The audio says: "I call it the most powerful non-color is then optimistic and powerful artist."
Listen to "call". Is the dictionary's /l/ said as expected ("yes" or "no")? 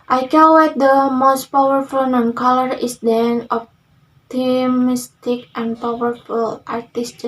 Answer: no